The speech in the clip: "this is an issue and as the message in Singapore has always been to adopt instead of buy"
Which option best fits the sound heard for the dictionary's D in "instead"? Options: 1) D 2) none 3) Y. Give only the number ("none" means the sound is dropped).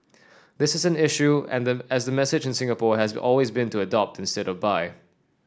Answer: 1